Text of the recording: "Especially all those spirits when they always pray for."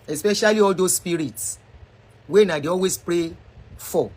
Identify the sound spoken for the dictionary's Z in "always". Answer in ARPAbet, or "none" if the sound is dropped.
S